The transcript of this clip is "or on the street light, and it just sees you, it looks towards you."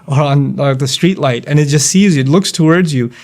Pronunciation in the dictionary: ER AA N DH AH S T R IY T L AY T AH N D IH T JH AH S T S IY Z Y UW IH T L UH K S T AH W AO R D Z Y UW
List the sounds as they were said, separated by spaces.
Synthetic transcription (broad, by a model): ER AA N DH AH S T R IY T L AY T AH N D IH T JH AH S T S IY Z Y UW IH T L UH K S T AH W AO R D Z Y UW